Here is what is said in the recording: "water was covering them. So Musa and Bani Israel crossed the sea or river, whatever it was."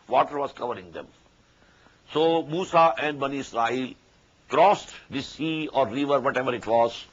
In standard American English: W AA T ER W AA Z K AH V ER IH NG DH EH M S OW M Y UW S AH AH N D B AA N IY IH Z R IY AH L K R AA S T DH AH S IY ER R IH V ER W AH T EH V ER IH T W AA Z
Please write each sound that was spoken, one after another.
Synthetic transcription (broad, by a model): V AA T ER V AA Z K AH V ER IH NG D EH M S OW M UW S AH AH N D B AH N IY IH S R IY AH L K R AA S T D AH S IY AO R IH V ER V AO T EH V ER IH T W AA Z